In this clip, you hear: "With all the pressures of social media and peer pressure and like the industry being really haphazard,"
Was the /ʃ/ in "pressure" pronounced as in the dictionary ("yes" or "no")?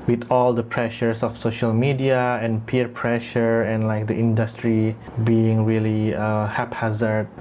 yes